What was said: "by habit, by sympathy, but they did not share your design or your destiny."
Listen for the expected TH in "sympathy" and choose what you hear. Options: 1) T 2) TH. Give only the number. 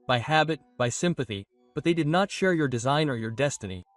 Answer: 2